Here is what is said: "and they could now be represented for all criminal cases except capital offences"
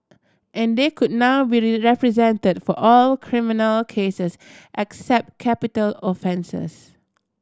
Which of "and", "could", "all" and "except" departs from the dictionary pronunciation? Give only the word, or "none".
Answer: none